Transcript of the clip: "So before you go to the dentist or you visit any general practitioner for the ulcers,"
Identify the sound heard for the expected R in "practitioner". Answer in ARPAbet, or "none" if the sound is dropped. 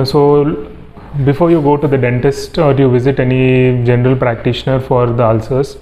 R